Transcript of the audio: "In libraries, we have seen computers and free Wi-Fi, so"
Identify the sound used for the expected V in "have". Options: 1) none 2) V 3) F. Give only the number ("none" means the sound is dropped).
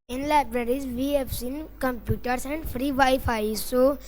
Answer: 3